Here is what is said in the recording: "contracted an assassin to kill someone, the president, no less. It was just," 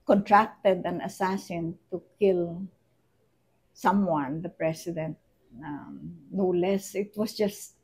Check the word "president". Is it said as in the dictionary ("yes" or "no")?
no